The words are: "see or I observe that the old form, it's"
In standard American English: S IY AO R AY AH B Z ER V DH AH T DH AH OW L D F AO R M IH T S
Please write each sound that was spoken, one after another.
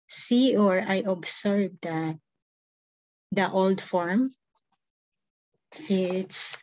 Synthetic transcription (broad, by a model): S IY AO R AY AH B S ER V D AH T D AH OW L D F AO R M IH T S